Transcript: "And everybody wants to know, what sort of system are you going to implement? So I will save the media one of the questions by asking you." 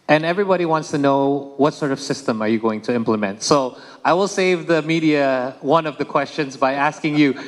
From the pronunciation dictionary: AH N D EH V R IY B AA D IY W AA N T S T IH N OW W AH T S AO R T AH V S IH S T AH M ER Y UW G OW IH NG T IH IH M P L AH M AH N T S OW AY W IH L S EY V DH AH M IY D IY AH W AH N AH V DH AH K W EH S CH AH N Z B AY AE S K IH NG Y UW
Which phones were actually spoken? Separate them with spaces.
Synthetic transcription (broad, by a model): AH N EH V R IY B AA D IY W AA N T S T IH N OW W AH T S AO R T AH V S IH S T AH M ER Y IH G OW IH NG T IH IH M P L AH M AH N T S OW AY W IH L S EY V DH AH M IY D IY AH W AH N AH V DH AH K W EH S CH AH N Z B AY AE S K IH NG Y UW